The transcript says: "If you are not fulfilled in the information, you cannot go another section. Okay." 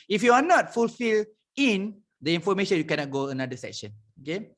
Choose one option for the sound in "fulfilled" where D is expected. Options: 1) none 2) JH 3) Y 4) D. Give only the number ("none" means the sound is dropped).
1